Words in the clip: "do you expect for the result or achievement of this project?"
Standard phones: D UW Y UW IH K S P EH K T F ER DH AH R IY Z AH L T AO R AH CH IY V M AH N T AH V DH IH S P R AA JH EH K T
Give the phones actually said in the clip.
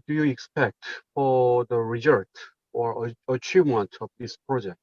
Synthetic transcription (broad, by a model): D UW Y UW IH K S P EH K T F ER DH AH R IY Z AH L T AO R AH CH IY V M AH N T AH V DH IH S P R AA JH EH K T